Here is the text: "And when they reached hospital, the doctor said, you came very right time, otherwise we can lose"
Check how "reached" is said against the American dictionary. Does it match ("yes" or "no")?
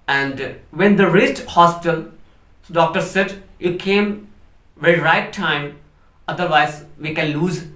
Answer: no